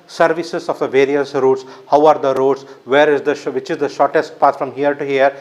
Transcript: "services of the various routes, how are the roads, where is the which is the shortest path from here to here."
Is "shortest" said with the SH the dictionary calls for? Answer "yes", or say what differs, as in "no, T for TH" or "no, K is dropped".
yes